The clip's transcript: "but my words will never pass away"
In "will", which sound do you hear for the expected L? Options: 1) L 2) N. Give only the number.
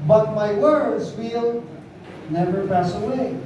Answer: 1